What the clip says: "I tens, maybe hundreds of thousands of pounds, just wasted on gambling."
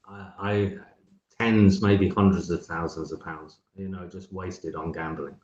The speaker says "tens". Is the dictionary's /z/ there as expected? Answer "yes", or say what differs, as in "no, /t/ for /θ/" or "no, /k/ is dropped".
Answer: yes